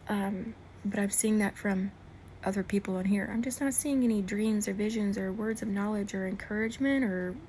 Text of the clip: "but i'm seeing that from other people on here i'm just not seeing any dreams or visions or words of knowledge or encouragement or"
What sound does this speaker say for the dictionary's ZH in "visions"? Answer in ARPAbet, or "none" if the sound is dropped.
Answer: ZH